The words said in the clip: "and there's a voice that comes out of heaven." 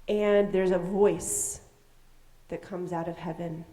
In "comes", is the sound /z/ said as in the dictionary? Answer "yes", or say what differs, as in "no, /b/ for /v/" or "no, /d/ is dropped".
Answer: yes